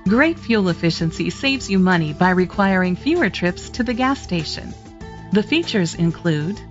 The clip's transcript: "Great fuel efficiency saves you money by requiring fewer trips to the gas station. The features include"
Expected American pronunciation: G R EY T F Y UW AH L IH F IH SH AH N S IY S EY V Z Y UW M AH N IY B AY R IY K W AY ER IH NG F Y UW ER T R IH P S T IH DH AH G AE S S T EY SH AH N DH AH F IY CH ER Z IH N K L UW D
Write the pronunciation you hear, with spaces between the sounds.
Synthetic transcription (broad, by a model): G R EY T F Y UW L IH F IH SH AH N S IY S EY V Z Y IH M AH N IY B AY R IY K W AY ER IH NG F Y UW ER T R IH P S T IH DH AH G AE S S T EY SH AH N DH AH F IY CH ER Z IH N K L UW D